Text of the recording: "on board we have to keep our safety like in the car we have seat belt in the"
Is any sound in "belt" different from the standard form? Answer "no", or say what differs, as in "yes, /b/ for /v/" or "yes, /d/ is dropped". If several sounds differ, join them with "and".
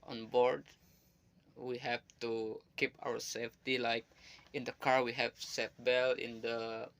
yes, /t/ is dropped